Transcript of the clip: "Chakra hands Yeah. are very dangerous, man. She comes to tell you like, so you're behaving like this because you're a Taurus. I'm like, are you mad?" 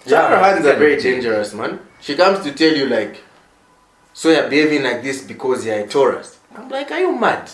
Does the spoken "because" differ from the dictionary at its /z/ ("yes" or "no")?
no